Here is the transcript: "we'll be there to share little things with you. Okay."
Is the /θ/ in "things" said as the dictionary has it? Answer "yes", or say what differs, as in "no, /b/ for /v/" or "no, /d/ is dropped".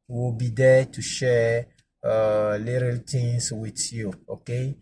no, /t/ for /θ/